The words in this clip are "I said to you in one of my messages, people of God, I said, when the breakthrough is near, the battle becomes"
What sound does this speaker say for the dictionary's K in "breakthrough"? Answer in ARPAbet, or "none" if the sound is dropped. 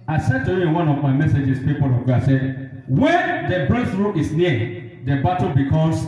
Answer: none